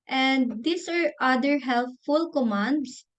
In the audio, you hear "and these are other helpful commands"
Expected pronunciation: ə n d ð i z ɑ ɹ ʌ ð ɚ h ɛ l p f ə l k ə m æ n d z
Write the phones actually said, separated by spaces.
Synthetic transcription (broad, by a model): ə n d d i s ɑ ɹ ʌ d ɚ h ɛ l f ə l k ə m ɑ n d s